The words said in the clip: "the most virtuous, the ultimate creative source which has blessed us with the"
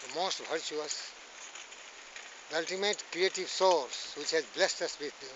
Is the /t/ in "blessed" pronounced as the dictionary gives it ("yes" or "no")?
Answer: yes